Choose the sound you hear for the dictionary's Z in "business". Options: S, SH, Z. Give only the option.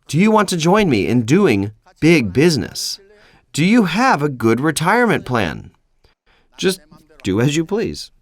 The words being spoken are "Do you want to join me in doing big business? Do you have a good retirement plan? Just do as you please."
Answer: Z